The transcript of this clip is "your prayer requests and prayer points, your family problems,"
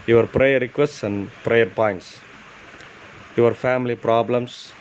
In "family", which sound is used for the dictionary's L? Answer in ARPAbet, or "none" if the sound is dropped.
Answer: L